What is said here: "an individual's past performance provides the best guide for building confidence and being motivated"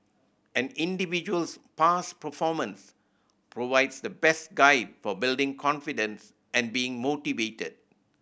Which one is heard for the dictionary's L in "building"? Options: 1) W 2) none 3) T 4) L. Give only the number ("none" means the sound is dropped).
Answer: 4